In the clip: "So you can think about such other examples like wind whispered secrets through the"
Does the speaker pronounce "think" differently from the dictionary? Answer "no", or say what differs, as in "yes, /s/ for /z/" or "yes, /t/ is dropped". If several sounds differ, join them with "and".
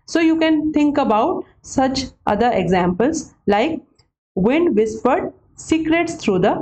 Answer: yes, /t/ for /θ/